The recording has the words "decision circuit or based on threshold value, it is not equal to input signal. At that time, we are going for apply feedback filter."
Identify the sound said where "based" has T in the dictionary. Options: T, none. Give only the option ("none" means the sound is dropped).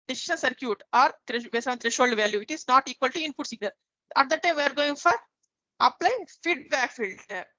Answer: none